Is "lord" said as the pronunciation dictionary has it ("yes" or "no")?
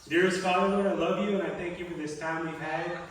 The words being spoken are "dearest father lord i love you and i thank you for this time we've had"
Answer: no